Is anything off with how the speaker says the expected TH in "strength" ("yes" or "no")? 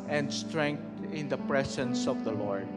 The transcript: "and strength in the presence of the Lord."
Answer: yes